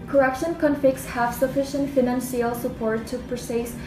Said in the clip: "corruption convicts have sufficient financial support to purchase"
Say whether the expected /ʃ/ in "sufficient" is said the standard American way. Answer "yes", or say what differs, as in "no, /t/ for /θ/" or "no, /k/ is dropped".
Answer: yes